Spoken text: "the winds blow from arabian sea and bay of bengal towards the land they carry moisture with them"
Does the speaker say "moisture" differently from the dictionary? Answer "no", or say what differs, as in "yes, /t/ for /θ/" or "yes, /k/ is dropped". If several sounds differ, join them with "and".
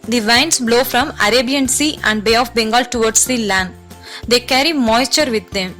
no